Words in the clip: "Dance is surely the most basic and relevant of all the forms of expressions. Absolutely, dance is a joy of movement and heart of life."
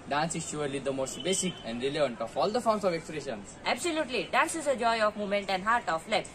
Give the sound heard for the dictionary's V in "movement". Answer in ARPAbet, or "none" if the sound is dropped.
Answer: none